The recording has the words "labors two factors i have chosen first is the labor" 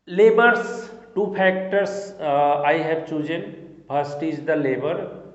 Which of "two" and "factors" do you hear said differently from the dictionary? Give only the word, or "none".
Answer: factors